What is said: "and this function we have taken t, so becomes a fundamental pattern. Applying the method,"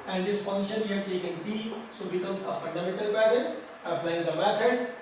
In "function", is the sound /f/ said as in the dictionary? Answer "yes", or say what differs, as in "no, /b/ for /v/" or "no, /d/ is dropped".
no, /p/ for /f/